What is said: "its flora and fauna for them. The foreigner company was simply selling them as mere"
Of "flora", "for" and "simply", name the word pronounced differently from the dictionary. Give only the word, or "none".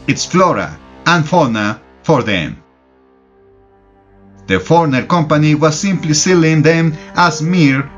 none